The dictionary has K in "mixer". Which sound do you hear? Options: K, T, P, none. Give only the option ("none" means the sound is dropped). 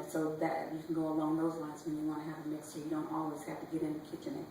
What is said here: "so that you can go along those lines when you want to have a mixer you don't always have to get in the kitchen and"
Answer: none